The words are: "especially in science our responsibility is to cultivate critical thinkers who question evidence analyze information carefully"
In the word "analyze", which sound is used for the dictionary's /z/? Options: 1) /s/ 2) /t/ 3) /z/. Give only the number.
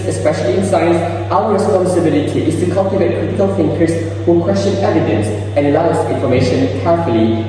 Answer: 1